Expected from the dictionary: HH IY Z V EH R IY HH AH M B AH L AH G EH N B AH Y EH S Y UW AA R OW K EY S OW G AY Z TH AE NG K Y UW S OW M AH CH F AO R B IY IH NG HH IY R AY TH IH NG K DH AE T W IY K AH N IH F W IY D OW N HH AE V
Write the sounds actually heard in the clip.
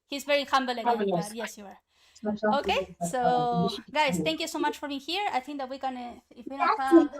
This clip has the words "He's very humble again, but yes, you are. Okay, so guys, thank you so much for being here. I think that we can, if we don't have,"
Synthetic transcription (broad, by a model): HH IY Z V EH R IY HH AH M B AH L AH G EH Y EH S Y UW AA R OW K EY S OW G AY S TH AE NG K Y UW S OW M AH CH F AO R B IY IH NG HH IY R AY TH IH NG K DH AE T W IY K AH N IH F W IY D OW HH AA